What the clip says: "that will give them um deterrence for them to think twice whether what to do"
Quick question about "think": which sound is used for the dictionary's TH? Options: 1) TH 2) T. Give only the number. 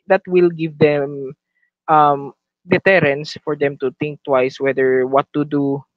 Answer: 2